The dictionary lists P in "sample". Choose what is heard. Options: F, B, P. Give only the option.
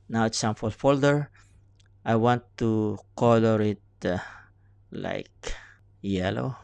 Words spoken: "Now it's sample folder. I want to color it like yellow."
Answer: F